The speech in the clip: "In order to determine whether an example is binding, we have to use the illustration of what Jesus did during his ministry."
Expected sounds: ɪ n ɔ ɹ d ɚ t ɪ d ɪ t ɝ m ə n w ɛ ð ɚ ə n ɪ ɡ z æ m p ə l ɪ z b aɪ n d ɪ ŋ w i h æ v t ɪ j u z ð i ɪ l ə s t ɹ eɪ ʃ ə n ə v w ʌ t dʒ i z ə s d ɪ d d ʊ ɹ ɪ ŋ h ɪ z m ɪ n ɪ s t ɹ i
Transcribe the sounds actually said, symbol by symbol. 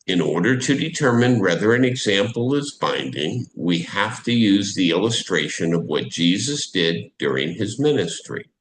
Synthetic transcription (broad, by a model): ɪ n ɔ ɹ d ɚ t ɪ d ɪ t ɝ m ə n w ɛ ð ɚ ə n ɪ ɡ z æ m p l ɪ z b aɪ n d ɪ ŋ w i h æ f t ɪ j u z ð i ɪ l ə s t ɹ eɪ ʃ ə n ə v w ʌ t dʒ i z ə s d ɪ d d ʊ ɹ ɪ ŋ ɪ z m ɪ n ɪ s t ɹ i